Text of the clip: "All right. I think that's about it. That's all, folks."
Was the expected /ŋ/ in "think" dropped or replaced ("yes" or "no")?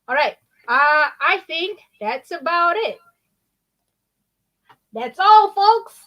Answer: no